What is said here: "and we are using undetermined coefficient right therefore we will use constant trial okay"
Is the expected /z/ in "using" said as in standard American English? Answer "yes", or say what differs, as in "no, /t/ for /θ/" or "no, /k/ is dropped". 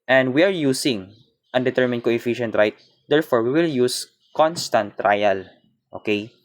no, /s/ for /z/